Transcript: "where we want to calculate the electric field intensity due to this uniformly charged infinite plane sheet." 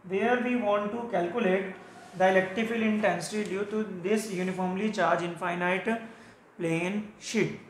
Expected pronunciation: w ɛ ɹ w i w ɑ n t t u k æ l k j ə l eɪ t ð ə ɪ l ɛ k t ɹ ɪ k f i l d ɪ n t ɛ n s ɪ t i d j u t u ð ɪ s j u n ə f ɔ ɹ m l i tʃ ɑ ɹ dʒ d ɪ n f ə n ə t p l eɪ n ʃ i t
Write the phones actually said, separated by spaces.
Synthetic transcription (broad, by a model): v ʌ ɹ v i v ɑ n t t u k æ l k j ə l eɪ t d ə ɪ l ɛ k t ɪ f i l ɪ n t ɛ n s ɪ t i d j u t u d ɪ s j u n ə f ɔ ɹ m l i tʃ ɑ ɹ dʒ ɪ n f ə n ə t p l eɪ n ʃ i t